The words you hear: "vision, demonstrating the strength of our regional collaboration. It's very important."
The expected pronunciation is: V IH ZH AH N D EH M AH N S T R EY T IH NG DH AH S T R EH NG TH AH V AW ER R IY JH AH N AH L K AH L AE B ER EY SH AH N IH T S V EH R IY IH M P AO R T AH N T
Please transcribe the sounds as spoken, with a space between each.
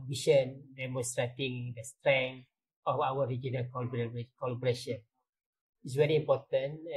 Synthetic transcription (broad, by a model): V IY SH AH N D EH M AH N S T R EY T IH NG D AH S T R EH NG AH F AW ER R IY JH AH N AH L K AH L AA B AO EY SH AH N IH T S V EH R IY M P AO T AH N